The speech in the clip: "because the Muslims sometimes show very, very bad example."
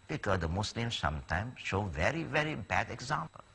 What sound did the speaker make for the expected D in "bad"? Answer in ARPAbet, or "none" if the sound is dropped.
D